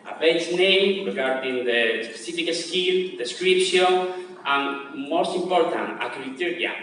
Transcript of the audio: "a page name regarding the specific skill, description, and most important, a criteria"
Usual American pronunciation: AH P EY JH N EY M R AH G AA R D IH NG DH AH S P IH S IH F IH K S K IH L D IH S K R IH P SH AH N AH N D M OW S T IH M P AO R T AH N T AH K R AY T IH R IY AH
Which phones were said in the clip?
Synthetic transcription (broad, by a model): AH B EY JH N EY M R AH G AA R D IH NG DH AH S P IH S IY F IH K S K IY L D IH S K R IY P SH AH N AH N M OW S T IH M P AO R T AH N T AH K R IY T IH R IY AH